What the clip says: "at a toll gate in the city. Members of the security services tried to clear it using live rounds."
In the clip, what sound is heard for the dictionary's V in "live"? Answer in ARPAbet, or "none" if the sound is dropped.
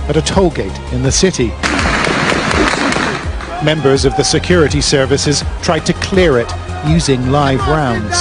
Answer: V